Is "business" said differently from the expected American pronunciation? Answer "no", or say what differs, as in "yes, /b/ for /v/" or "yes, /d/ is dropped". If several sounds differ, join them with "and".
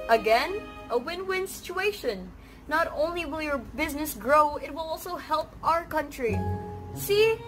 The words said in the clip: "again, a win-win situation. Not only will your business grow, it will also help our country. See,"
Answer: no